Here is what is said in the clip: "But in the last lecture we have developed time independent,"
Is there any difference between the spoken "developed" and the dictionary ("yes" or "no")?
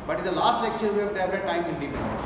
yes